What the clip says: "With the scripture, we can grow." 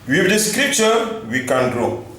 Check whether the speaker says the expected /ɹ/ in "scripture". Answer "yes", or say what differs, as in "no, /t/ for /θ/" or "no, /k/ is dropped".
yes